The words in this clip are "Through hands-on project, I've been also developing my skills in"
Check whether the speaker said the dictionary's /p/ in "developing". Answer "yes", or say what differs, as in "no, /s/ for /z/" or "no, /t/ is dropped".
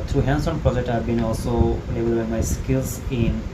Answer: no, /b/ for /p/